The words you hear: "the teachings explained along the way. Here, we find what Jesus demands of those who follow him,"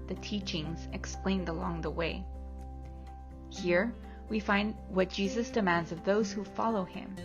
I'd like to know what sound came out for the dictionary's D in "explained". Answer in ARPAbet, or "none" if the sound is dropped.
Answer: D